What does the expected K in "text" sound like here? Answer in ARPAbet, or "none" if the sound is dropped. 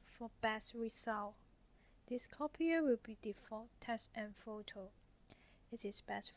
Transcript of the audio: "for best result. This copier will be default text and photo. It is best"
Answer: none